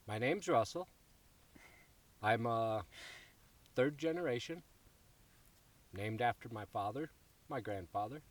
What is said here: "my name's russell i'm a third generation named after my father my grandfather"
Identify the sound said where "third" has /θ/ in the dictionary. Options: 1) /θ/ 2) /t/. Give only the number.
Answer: 1